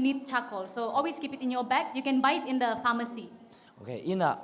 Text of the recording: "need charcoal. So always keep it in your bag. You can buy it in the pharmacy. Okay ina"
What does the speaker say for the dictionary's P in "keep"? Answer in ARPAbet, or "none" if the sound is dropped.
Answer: P